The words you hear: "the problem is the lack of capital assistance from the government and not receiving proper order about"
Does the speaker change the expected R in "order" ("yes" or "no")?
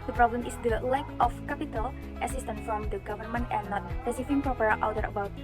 yes